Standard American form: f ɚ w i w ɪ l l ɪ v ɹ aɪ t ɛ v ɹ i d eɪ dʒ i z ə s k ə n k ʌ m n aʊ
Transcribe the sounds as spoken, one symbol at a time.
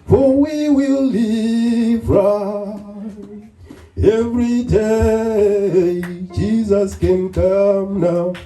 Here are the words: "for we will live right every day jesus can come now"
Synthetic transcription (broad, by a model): f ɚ w i w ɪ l l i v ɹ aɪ ɛ v ɹ i d eɪ dʒ i z ə s k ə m k ʌ m n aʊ